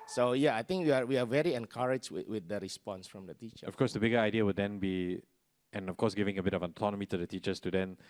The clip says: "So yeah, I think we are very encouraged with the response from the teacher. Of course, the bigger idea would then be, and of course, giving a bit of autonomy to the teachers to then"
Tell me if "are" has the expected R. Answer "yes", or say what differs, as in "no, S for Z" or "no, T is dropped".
no, W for R